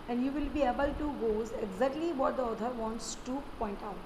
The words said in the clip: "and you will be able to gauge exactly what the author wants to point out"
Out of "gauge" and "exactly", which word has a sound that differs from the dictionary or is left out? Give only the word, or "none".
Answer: gauge